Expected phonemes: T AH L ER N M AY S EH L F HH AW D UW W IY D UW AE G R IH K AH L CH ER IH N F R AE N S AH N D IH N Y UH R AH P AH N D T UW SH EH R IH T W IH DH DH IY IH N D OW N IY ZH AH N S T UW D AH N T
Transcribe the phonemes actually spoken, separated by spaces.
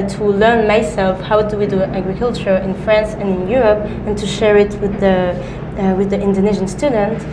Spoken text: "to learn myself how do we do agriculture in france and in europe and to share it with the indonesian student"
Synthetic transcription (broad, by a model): T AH L ER N M AY S EH L F HH AW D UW W IY D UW AE G R IH K AH L CH ER IH N F R AE N S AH N IH N Y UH R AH P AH N T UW SH EH R IH T W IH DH DH IY IH N D OW N IY ZH AH N S T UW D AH N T